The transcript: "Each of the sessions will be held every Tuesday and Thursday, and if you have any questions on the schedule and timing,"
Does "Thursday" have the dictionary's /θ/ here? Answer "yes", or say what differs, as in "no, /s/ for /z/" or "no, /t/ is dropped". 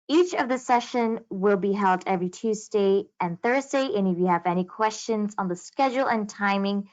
yes